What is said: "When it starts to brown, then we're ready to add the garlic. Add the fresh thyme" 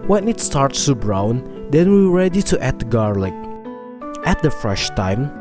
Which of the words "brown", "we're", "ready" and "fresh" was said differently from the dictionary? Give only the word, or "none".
we're